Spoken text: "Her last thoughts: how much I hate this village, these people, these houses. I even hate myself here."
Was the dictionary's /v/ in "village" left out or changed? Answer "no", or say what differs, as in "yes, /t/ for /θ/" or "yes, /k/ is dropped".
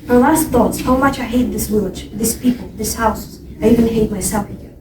yes, /w/ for /v/